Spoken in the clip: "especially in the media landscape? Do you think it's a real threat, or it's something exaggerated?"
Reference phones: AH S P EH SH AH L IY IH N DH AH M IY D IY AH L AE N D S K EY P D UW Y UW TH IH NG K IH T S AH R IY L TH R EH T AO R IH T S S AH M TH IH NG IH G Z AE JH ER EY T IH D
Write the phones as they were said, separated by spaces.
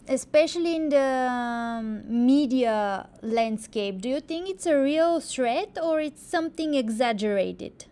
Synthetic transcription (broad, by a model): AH S P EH SH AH L IY IH N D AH M IY D IY AH L AE N D S K EY P D UW Y UW T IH NG K IH T S AH R IY L S R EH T AO R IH T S S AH M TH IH NG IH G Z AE JH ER EY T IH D